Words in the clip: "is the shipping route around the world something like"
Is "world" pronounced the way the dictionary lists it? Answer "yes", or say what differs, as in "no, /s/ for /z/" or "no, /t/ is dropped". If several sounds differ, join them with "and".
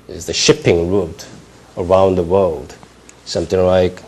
yes